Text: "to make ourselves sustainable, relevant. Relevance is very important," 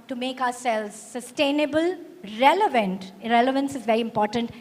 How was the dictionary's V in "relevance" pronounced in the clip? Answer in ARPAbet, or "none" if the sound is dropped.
V